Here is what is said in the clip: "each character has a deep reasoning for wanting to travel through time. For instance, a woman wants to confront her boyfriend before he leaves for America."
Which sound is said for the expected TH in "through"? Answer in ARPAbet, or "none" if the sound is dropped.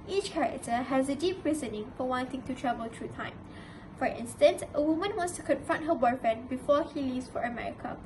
T